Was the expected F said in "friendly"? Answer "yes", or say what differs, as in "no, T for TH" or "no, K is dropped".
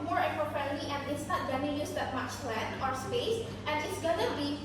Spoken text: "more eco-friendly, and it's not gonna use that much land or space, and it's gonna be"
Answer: no, P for F